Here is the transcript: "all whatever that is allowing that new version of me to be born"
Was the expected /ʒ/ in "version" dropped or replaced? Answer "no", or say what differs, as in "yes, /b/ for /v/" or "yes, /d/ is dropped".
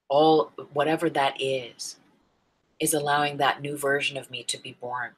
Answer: no